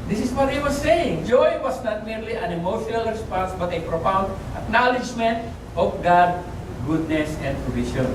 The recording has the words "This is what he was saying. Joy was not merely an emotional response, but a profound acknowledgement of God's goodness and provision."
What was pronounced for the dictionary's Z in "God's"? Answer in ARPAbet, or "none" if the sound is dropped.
none